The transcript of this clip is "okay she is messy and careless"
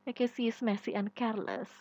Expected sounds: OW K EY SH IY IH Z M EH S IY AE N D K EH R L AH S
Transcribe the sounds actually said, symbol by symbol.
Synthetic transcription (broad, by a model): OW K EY S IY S M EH S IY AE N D K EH R L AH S